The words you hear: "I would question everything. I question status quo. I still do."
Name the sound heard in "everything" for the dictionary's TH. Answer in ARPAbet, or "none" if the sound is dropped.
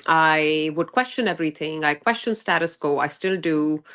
T